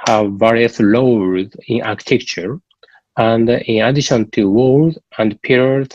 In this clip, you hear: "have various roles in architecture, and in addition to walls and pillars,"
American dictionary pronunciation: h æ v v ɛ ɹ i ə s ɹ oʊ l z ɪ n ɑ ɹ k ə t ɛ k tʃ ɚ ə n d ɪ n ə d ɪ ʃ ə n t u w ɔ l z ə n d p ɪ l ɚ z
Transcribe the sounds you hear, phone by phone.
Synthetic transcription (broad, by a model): h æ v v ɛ ɹ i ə s l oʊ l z ɪ n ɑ ɹ k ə t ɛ k tʃ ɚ ə n d ɪ n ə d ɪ ʃ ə n t u w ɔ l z ə n d p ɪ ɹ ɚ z